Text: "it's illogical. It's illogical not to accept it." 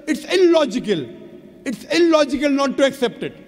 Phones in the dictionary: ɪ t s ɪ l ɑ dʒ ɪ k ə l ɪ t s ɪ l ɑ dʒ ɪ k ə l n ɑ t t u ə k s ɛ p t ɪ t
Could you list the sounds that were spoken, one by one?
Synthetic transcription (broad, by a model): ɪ t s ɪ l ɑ dʒ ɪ k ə l ɪ t s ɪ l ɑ dʒ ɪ k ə l n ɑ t t u ə k s ɛ p t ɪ t